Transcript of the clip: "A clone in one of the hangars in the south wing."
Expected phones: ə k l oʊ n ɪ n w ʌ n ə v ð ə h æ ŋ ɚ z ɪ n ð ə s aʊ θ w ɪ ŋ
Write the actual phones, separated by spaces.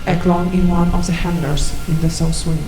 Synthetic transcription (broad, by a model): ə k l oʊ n ɪ n w ʌ n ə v ð ə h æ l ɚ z ɪ n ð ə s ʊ s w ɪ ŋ